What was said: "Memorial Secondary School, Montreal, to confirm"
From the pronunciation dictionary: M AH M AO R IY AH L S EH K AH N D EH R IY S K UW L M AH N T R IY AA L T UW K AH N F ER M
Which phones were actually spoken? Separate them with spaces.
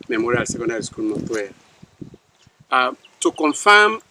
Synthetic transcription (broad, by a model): M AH M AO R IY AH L S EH K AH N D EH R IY S K UW L M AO T W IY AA T UW K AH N F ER M